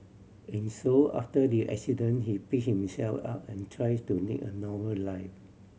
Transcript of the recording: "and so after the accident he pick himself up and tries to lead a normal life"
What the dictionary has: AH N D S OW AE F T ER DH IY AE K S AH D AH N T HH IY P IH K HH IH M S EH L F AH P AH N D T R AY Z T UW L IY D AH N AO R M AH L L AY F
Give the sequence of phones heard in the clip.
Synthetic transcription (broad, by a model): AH N S OW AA F T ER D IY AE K S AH D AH N HH IY P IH K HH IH M S EH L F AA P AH N T R AY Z T UW N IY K AH N AO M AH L L AY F